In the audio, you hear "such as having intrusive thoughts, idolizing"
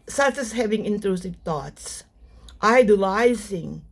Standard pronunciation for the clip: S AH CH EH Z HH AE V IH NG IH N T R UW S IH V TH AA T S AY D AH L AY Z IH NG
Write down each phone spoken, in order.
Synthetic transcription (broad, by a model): S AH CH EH S HH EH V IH NG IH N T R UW S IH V T AA T S AY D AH L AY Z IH NG